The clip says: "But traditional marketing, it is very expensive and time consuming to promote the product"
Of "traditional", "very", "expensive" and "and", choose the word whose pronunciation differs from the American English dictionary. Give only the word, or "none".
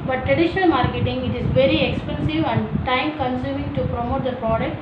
none